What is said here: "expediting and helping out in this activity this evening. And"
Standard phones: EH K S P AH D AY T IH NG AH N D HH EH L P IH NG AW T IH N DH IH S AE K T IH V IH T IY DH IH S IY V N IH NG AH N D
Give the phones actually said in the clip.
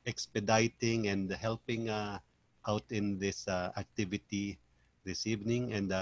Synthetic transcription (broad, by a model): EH K S P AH D AY T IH NG AH N D HH EH L P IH NG AW T IH N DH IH S AE K T IH V IH T IY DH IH S IY V N IH NG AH N D